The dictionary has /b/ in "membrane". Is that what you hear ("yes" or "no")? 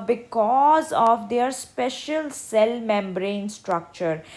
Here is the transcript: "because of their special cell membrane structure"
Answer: yes